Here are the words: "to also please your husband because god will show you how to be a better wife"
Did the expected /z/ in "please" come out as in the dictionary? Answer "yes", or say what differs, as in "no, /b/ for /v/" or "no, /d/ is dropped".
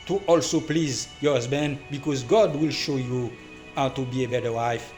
yes